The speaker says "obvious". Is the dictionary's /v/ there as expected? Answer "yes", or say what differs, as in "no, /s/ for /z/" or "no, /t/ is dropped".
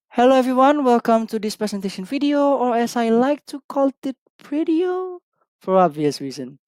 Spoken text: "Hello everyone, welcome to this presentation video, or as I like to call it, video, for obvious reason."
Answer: yes